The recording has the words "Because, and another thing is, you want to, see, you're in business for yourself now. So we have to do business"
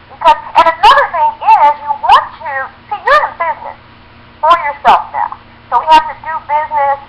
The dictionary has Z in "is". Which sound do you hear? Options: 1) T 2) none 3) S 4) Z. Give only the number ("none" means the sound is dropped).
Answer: 4